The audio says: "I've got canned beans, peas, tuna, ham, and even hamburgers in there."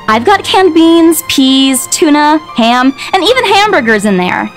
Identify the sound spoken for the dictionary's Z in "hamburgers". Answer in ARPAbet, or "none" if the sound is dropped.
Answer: Z